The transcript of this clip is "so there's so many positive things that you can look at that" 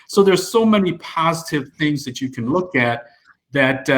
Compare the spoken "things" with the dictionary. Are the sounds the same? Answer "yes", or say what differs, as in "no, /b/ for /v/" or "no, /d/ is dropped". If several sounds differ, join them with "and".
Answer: yes